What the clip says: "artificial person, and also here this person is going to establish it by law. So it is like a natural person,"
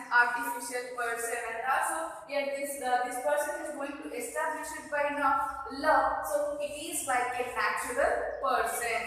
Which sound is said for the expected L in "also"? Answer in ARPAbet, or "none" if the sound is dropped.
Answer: none